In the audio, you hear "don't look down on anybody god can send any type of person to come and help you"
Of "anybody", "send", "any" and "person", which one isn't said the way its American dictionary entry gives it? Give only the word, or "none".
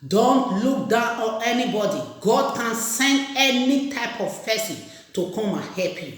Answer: person